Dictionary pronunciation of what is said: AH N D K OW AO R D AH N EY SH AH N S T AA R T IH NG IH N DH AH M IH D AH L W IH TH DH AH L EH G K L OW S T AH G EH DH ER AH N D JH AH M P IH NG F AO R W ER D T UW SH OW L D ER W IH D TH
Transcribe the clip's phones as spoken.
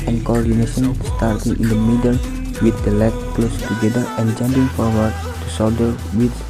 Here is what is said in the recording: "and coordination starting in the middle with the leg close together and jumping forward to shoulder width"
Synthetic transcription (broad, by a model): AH N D K OW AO R D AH N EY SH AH N S T AA R T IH NG IH N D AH M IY D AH L W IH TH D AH L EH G K L OW S T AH G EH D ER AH N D JH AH M P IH NG F AO R W ER D T UW S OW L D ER W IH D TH